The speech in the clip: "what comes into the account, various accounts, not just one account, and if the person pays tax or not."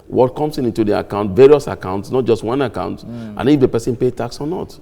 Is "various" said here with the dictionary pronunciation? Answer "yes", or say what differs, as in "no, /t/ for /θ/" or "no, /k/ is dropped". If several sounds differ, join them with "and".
yes